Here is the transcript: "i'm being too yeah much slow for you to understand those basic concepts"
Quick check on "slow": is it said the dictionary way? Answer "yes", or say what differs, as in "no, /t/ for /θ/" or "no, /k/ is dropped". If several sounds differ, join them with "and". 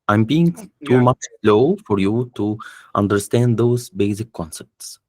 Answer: yes